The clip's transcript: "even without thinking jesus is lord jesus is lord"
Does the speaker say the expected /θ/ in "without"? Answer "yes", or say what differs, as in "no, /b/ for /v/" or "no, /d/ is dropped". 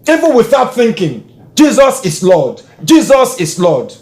yes